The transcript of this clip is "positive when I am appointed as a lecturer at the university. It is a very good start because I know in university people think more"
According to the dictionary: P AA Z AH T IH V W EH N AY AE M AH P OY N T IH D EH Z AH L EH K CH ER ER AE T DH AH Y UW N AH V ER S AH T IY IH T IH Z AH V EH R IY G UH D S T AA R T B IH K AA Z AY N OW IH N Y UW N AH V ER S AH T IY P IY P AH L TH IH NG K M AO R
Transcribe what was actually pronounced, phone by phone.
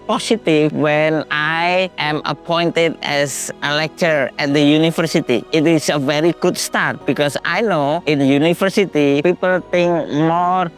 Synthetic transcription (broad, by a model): P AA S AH T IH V W EH N AY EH M AH P OY N T IH D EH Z AH L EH K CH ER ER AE T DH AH Y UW N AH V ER S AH T IY IH T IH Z AH V EH R IY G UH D S T AA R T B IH K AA S AY N OW IH N Y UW N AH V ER S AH T IY P IY P AH L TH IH NG K M AO R